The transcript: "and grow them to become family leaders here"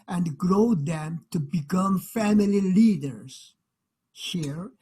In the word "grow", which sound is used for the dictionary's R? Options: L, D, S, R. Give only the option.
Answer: R